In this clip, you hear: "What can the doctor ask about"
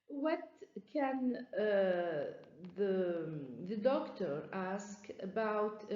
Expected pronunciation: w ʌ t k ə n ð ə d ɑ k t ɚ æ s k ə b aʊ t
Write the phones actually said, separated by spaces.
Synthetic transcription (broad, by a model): w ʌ t k ə n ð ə d ɑ k t ɚ æ s k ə b aʊ t